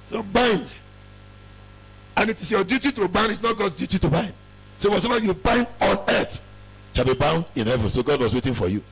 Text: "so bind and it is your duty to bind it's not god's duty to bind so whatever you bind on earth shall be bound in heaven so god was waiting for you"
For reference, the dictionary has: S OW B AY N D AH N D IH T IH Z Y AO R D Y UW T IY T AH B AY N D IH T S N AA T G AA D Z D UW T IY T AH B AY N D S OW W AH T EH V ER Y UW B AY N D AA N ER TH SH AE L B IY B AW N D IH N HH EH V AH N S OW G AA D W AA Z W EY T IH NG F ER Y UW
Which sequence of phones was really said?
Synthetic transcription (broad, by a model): S OW B AY N D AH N IH T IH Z Y AO D Y UW T IY T AH B AY N D IH T S N AA T G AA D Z D UW T IY T AH B AY N D S OW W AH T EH B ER Y UW B AY N D AA N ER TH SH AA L B IY B AW N D IH N HH EH V AH N S OW G AA D W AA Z W EY T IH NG F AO Y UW